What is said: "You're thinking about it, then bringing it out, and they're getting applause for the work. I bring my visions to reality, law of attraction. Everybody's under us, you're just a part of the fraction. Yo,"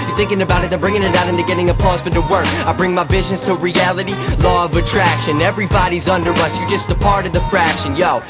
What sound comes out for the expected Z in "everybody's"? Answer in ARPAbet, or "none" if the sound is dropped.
Z